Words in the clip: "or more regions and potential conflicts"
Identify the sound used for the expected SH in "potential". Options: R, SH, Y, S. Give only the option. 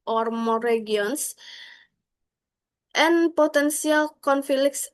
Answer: S